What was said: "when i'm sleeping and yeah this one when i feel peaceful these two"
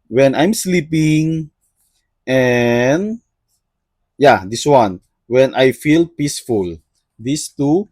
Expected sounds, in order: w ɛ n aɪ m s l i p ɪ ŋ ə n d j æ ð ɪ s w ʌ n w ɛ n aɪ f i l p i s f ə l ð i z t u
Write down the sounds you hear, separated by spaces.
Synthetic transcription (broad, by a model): w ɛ n aɪ m s l i p ɪ ŋ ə n j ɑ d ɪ s w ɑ n w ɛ n aɪ f i l p i s f ə l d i s t u